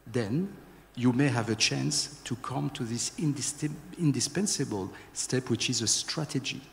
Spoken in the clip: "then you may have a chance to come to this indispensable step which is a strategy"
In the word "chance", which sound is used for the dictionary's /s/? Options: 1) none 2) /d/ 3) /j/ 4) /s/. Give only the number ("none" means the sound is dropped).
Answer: 4